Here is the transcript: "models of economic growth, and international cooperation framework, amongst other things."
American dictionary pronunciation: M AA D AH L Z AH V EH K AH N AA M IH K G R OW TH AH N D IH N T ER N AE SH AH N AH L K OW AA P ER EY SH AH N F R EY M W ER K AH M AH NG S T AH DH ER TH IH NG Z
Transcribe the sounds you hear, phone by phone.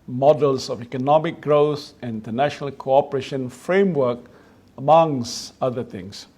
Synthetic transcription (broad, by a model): M AA D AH L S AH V EH K AH N AA M IH K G R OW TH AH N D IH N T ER N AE SH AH N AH L K OW AA P ER EY SH AH N F R EY M W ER K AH M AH NG S AH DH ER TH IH NG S